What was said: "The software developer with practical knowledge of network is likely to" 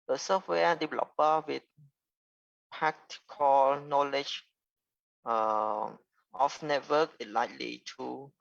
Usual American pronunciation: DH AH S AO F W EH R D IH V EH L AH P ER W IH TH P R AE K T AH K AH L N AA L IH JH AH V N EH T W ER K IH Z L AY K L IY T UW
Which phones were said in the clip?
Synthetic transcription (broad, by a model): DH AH S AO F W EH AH D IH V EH L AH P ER W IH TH P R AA K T K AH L N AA L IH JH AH F N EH T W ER K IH L AY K L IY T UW